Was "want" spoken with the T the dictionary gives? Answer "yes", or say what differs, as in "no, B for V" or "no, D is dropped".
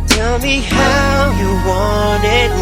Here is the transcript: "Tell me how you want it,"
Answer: no, T is dropped